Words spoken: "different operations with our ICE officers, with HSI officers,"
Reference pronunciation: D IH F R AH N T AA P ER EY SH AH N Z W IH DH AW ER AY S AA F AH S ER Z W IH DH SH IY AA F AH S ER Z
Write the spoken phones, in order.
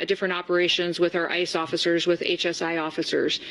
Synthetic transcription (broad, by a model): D IH F R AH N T AA P ER EY SH AH N Z W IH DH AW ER AY S AA F AH S ER Z W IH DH S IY AA F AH S ER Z